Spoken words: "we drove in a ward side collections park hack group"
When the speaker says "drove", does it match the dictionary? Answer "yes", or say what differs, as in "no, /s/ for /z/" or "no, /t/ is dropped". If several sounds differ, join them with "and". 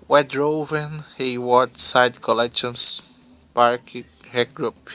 yes